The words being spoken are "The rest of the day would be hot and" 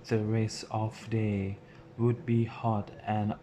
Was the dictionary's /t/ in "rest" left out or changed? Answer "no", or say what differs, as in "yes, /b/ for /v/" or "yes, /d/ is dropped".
yes, /t/ is dropped